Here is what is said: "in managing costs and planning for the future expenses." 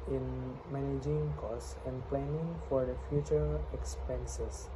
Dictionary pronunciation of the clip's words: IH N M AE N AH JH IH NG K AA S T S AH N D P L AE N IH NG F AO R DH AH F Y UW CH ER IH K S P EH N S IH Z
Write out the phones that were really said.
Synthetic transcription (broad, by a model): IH N M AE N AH JH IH NG K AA S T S AH N D P L AE N IH NG F AO R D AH F Y UW CH ER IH K S P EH N S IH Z